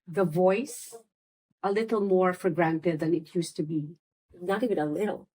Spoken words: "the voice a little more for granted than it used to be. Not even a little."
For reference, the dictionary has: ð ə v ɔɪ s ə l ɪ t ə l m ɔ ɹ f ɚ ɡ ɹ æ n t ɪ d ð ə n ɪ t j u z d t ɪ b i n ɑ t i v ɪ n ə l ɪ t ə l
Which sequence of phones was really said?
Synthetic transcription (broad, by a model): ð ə v ɔɪ s ə l ɪ t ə l m ɔ ɹ f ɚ ɡ ɹ æ n t ɪ d ð ə n ɪ t j u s t ɪ b i n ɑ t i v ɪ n ə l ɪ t l